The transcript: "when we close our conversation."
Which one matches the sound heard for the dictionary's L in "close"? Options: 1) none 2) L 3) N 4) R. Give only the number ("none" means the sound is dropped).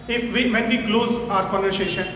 2